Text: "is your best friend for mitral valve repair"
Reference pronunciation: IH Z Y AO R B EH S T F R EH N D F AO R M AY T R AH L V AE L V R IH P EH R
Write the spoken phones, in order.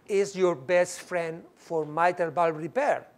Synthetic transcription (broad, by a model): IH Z Y AO R B EH S T F R EH N D F AO R M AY T AH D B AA L R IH P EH R